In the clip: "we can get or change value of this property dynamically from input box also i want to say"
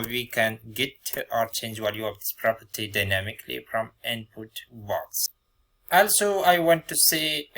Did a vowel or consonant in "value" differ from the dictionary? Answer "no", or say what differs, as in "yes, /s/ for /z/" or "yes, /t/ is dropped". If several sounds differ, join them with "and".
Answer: yes, /w/ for /v/